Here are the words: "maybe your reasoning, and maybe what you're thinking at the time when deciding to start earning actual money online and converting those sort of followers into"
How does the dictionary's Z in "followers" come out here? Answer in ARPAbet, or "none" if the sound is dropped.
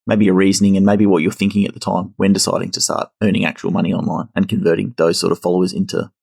Z